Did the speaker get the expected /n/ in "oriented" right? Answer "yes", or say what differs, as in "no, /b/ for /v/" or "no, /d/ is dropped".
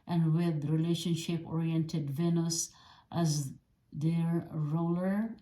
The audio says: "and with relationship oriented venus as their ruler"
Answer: yes